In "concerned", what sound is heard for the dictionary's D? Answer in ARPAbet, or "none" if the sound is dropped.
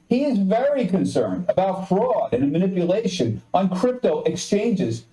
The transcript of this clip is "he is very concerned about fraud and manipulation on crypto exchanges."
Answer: D